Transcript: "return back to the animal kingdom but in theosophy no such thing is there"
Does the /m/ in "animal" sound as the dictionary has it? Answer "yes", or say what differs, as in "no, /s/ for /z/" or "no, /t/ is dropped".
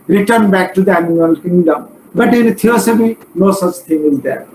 no, /m/ is dropped